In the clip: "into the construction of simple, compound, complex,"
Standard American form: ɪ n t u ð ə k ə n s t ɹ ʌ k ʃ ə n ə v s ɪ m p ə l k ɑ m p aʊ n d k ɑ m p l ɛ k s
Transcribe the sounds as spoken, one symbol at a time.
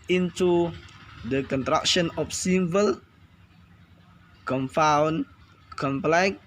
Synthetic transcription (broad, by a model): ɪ n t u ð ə k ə n t ɹ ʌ k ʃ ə n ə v s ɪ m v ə l k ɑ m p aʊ n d k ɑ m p l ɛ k